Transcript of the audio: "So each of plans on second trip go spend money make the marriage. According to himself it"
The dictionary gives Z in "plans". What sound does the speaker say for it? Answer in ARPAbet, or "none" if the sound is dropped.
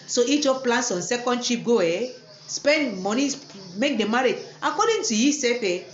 S